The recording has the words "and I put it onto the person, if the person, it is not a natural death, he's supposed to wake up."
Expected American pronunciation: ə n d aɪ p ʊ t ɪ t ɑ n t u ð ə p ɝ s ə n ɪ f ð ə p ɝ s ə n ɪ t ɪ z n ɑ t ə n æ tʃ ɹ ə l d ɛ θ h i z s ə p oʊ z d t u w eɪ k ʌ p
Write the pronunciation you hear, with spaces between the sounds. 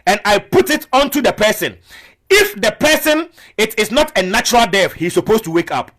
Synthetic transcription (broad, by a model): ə n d aɪ p ʊ t ɪ t ɑ n t u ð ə p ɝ s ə n ɪ f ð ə p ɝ s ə n ɪ t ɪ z n ɑ t ə n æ tʃ ɹ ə l d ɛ f h i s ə p oʊ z t u w eɪ k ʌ p